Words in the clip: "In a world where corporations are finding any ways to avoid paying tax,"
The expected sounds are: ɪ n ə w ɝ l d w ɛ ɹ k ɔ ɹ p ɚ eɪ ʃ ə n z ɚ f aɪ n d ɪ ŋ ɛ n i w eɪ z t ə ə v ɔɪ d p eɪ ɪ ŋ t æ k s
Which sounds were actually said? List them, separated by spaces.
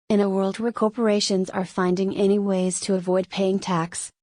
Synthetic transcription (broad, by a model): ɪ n ə w ɝ l d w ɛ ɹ k ɔ ɹ p ɚ eɪ ʃ ə n z ɚ f aɪ n d ɪ ŋ ɛ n i w eɪ z t ə ə v ɔɪ d p eɪ ɪ ŋ t æ k s